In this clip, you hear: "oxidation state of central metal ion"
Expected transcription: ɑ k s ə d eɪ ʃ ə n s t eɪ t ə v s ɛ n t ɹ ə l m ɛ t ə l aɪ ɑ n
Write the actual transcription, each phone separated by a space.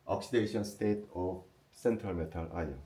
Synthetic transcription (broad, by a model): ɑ k s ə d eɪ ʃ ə n s t eɪ t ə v s ɛ n t ɹ ə l m ɛ t ə l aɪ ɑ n